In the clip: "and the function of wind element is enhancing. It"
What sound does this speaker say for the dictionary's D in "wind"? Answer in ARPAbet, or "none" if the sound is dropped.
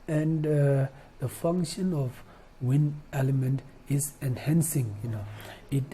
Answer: none